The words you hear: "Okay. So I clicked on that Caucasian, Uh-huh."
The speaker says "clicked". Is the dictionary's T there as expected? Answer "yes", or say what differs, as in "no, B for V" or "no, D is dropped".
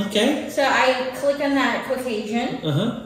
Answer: no, T is dropped